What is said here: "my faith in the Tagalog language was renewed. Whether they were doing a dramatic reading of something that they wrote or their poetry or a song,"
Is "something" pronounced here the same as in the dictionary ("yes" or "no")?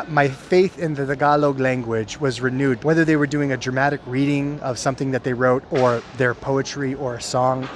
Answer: yes